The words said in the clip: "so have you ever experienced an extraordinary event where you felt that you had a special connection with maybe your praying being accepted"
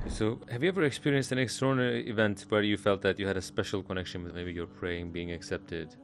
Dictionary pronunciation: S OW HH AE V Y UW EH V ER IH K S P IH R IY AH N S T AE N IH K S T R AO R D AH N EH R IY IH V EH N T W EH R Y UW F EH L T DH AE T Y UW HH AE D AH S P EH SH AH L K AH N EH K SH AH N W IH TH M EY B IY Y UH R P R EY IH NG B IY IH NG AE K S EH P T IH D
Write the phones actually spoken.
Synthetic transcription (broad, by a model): S OW HH AE V Y UW EH V ER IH K S P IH R IY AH N S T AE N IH K S T AO R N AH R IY IH V EH N T W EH R Y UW F EH L T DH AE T Y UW HH AE D AH S P EH SH AH L K AH N EH K SH AH N W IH M EY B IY Y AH R P R EY IH NG B IY IH NG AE K S EH P T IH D